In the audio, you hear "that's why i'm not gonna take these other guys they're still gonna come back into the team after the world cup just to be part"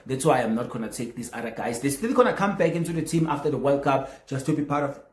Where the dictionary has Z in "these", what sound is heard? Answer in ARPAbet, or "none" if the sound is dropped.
S